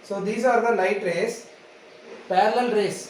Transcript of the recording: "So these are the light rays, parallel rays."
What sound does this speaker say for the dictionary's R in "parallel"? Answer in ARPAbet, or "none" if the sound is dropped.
L